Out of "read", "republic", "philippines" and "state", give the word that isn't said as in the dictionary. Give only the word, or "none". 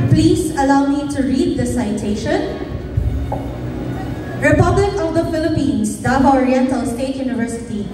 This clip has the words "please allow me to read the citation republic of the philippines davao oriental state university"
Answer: philippines